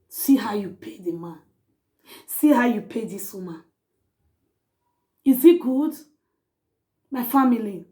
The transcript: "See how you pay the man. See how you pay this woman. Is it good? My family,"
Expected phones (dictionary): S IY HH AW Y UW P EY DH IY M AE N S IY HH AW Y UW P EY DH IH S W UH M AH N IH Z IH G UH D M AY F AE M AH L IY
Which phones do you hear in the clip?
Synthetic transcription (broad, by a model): S IY HH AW Y UW P EY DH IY M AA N S IY HH AW Y UW P EY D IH S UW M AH IH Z IH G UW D M AY F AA M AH L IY